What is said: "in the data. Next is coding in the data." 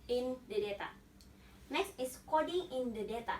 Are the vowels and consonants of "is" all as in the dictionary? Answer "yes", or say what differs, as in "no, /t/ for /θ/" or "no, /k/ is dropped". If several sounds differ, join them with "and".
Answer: no, /s/ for /z/